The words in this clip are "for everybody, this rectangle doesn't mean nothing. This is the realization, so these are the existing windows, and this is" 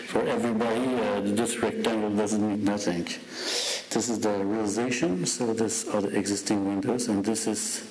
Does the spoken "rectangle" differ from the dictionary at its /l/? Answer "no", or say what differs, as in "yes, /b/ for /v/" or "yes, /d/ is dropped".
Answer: yes, /n/ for /l/